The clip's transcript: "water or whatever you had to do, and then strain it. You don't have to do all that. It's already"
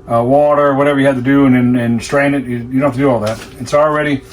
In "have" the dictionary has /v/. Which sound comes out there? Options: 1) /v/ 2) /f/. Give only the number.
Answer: 2